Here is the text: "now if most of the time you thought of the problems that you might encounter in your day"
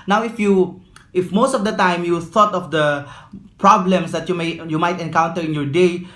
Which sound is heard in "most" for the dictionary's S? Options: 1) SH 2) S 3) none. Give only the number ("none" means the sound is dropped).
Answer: 2